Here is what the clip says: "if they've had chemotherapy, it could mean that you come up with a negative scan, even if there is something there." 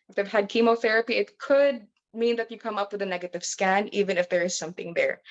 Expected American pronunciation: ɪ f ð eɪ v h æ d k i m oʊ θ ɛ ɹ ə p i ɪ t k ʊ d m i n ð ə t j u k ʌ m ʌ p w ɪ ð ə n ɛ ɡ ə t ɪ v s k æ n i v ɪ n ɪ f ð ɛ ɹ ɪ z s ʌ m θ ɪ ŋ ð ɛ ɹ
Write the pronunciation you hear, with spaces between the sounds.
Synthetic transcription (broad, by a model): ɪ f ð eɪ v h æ d k i m oʊ θ ɛ ɹ ə p i ɪ t k ʊ d m i n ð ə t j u k ʌ m ʌ p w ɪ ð ə n ɛ ɡ ə t ɪ v s k æ n i v ɪ n ɪ f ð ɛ ɹ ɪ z s ʌ m θ ɪ ŋ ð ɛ ɹ